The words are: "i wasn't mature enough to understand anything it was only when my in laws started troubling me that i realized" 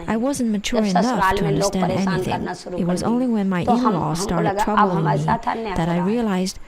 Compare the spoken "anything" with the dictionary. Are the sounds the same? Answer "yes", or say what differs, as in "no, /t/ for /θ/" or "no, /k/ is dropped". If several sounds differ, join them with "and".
yes